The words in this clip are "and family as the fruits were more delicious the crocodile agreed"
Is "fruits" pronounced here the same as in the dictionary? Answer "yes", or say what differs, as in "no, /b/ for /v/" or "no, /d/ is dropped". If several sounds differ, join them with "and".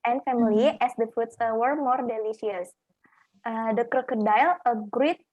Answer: no, /ɹ/ is dropped